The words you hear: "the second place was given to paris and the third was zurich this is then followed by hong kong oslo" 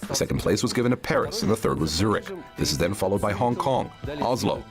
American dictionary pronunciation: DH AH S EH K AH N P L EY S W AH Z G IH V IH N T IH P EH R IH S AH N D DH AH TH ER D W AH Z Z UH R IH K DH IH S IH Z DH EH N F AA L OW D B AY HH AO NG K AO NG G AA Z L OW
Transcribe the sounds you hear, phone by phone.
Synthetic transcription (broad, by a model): DH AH S EH K N P L EY S W AH Z G IH V IH N T IH P EH R IH S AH N DH AH TH ER D W AH Z Z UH R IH K DH IH S IH Z DH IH N F AA L OW D B AY HH AO NG K AO NG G AA Z L OW